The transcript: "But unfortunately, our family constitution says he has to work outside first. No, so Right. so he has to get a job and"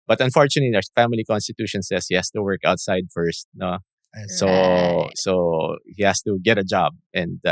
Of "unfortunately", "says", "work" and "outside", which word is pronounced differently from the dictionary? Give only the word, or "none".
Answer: says